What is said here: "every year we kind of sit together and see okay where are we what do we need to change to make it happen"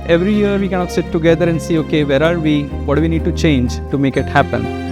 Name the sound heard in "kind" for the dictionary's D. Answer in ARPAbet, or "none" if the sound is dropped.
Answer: none